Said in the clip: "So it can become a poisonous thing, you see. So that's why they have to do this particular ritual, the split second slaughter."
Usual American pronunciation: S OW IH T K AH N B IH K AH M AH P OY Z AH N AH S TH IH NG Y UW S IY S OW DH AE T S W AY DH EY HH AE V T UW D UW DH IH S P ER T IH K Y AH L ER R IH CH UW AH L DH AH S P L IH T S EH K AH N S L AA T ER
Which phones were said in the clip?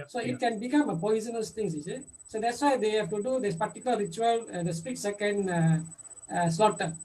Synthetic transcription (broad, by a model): S OW IH T K AH N B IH K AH M AH P OY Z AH N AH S T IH NG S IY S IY S OW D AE T S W AY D EY HH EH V T UW D UW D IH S P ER T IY K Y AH L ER R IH CH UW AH L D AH S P IY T S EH K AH N S L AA T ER